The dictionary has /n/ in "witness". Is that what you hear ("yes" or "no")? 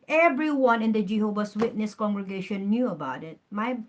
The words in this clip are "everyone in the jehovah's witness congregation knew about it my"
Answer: yes